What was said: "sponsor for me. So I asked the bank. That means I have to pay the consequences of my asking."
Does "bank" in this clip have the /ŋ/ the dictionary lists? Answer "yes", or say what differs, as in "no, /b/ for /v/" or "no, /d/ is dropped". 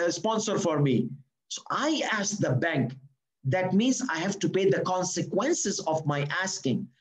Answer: yes